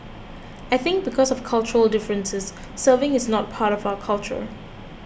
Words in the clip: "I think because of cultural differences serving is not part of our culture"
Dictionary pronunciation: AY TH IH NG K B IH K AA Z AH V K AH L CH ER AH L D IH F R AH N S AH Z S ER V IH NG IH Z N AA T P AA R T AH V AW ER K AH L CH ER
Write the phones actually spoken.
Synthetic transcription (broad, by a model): AY TH IH NG K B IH K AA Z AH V K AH L CH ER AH L D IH F R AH N S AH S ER V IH NG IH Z N AA T P AA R T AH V AW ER K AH L CH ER